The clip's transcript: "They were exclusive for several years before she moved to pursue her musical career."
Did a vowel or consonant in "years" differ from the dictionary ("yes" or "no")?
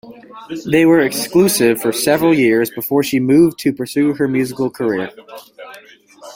no